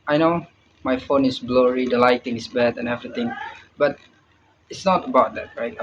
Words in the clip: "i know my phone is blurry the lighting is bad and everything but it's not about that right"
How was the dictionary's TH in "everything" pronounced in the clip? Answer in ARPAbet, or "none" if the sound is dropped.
T